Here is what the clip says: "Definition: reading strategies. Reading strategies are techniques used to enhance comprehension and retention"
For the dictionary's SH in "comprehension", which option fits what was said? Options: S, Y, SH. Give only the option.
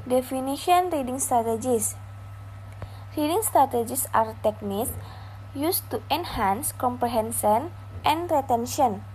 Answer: S